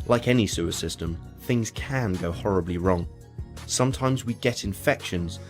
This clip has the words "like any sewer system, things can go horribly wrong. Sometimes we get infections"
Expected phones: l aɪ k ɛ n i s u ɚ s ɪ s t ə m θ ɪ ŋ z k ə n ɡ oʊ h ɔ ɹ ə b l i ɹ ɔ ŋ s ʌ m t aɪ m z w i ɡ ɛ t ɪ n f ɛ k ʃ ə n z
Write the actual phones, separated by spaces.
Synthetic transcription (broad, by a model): l aɪ k ɛ n i s u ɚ s ɪ s t ə m θ ɪ ŋ z k ə n ɡ oʊ h ɔ ɹ ə b l i ɹ ɔ ŋ s ʌ m t aɪ m z w i ɡ ɛ t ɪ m f ɛ k ʃ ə n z